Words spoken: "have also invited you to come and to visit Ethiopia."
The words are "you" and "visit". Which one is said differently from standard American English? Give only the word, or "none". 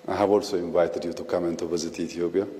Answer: visit